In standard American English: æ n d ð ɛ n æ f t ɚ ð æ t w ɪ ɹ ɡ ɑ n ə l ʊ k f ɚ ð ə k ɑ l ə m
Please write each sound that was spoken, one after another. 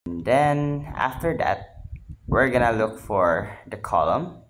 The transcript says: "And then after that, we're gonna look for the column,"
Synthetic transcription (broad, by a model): n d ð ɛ n æ f t ɚ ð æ t w ɪ ɹ ɡ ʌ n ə l ʊ k f ɚ ð ə k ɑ l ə m